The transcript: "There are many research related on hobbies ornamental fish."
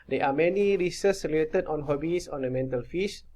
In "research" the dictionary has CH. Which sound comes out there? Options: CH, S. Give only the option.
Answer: S